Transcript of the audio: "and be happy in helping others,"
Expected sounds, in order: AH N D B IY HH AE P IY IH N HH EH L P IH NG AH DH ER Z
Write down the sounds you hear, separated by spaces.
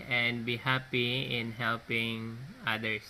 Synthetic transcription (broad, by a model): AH N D B IY HH AE P IY IH N HH EH L P IH NG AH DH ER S